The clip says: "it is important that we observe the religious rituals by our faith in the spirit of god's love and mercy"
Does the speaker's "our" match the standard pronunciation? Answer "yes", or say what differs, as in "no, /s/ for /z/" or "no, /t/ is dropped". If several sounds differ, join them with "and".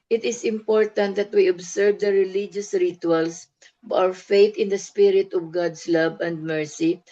no, /w/ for /ɹ/